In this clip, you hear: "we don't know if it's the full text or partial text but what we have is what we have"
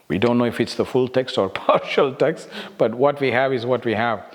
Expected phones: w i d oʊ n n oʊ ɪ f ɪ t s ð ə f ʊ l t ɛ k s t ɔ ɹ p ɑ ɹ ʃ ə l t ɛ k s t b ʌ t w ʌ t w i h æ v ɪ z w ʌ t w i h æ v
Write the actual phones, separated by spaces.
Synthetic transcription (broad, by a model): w i d oʊ n n oʊ ɪ f ɪ t s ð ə f ʊ l t ɛ k s t ɔ ɹ p ɑ ɹ ʃ ə l t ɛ k s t b ʌ t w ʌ t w i h æ v ɪ z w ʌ t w i h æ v